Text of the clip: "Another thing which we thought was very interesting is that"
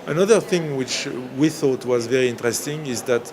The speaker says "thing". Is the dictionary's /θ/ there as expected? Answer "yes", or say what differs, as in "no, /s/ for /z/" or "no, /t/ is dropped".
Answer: yes